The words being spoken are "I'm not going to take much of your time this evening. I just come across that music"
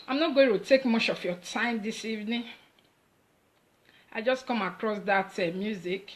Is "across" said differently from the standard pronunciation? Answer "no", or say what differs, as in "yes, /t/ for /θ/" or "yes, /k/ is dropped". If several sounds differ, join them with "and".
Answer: no